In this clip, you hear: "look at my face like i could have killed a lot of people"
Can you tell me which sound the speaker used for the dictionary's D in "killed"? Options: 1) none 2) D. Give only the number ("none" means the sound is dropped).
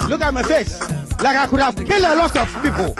1